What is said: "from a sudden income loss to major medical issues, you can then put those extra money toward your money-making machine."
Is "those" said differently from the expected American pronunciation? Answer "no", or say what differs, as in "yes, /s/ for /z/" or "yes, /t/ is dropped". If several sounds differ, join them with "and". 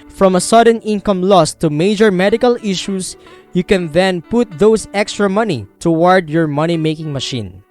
yes, /s/ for /z/